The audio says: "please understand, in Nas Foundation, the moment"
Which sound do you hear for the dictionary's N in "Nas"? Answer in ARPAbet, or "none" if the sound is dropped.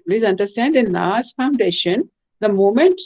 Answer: L